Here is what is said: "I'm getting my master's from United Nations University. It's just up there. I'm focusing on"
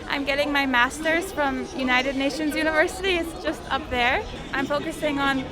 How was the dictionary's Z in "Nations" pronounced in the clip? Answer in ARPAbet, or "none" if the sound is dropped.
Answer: Z